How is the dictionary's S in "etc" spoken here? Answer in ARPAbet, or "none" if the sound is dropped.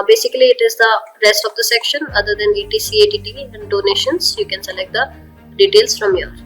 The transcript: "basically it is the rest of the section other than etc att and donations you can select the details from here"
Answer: none